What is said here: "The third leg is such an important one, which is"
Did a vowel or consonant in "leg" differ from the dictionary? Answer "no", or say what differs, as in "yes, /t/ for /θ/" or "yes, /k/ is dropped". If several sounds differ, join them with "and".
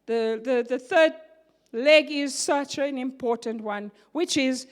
no